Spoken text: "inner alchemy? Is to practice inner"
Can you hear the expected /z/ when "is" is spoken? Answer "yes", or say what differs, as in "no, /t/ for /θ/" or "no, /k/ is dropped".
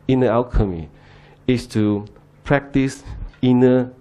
no, /s/ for /z/